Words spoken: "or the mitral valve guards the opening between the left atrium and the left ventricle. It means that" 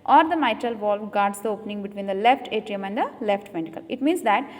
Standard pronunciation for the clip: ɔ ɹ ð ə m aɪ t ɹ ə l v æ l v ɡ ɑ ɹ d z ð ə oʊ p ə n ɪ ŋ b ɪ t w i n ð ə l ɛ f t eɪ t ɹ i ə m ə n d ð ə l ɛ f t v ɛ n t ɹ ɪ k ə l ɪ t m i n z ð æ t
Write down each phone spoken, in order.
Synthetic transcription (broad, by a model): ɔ ɹ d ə m aɪ t ɹ ə l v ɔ l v ɡ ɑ ɹ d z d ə oʊ p ə n ɪ ŋ b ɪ t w i n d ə l ɛ f t eɪ t ɹ i ə m ə n d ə l ɛ f t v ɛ n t ɪ k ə l ɪ t m i n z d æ t